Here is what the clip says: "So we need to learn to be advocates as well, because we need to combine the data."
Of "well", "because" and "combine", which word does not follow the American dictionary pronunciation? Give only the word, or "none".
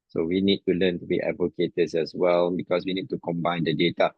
because